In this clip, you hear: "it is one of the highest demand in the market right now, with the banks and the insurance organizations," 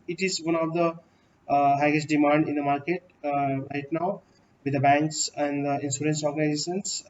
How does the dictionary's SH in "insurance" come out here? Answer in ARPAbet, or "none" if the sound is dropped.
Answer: S